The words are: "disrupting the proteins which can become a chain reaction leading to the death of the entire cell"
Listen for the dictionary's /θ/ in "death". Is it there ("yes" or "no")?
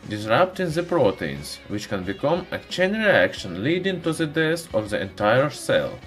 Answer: no